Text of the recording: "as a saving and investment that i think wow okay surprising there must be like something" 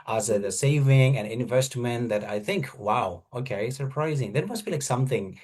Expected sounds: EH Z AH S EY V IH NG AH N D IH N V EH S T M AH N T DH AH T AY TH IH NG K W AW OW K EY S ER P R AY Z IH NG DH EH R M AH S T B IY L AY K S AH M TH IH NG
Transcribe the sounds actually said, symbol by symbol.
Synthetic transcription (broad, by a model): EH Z AH S EY V IH NG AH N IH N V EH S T M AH N DH AH T AY TH IH NG K W AW OW K EY S ER P R AY Z IH NG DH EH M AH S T B IY L AY K S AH M TH IH NG